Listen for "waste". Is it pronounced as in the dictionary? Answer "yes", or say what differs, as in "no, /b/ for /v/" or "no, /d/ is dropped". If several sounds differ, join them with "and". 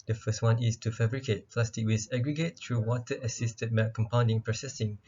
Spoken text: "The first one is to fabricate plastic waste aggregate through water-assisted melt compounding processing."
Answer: no, /t/ is dropped